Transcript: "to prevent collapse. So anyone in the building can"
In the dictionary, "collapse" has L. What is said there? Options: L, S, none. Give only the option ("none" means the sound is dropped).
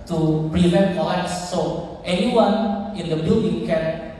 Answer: none